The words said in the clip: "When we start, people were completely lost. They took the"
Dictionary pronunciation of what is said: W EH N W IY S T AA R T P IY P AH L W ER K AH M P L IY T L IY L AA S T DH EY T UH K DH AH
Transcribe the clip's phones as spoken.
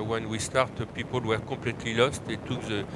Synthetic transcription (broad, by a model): W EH N W IY S T AA R T P IY P AH L W ER K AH P L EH T L IY L AA S T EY T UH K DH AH